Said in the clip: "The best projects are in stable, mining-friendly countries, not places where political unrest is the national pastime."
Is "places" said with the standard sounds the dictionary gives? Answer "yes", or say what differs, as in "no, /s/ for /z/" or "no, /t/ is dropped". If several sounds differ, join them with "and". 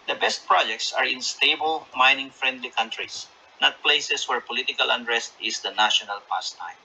no, /s/ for /z/